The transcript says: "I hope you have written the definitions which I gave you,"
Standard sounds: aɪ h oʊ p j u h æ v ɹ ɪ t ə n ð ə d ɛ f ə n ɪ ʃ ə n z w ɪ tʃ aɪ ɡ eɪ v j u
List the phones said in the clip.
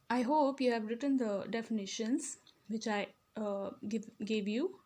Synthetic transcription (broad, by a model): aɪ h oʊ p j u h æ v ɹ ɪ t ə n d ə d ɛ f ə n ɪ ʃ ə n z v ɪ tʃ aɪ ɡ eɪ v j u